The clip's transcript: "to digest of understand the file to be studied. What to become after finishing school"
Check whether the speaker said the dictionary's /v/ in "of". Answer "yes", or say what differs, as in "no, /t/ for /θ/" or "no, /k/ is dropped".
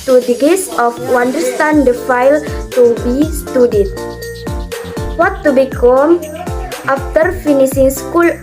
no, /w/ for /v/